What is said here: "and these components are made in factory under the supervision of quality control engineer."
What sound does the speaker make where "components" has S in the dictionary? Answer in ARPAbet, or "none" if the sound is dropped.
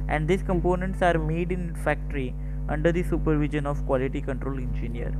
S